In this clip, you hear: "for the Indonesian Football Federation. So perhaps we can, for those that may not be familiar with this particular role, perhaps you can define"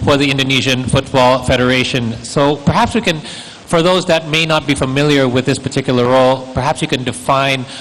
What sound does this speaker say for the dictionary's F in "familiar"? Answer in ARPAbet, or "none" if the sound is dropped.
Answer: F